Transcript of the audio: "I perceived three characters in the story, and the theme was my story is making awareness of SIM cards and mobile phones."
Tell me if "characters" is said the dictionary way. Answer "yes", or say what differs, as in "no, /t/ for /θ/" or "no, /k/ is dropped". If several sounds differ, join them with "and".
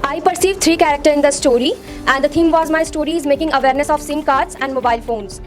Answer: no, /z/ is dropped